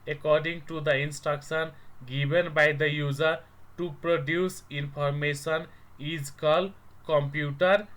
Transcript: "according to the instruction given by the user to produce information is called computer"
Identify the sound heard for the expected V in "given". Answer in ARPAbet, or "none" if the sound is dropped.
B